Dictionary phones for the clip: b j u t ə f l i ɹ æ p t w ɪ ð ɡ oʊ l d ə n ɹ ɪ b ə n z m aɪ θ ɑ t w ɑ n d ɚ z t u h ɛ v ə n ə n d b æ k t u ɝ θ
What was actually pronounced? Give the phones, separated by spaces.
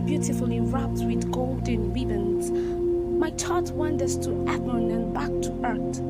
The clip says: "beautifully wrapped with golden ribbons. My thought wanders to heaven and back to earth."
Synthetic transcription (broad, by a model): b j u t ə f l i ɹ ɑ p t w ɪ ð ɡ oʊ l d ə n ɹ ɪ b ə n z m aɪ t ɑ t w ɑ n d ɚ s t u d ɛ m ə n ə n b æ k t u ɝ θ